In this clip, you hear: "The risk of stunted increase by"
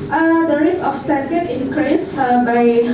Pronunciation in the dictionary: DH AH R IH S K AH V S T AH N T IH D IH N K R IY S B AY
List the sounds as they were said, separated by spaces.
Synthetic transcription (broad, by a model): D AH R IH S AH F S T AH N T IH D IH N K R IY S B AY